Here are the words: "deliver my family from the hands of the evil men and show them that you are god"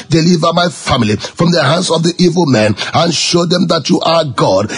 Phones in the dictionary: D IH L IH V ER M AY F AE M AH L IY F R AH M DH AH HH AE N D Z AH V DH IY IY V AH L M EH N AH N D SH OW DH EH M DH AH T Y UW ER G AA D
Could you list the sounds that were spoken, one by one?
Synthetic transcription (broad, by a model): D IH L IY V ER M AY F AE M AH L IY F R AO M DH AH HH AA N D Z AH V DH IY IY V AH L M EH N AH N SH OW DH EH M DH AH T Y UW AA G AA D